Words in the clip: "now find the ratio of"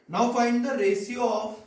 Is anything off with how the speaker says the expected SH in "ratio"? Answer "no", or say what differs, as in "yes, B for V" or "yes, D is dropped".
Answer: yes, S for SH